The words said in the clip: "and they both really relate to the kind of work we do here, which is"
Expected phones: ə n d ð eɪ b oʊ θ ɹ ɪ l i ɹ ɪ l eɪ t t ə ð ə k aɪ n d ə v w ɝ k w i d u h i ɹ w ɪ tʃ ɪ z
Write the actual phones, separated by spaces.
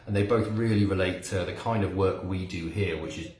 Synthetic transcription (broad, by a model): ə n ð eɪ b oʊ θ ɹ ɪ l i ɹ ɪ l eɪ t t ə ð ə k aɪ n d ə v w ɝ k w i d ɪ h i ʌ w ɪ tʃ ɪ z